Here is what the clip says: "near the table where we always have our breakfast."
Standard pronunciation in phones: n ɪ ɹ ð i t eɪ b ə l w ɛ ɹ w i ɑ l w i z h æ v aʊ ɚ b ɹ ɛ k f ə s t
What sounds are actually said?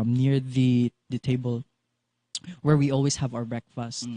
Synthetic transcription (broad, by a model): n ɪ ɹ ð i t eɪ b ə l w ɛ ɹ w i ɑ l w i s h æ v aʊ ɚ b ɹ ɛ k f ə s t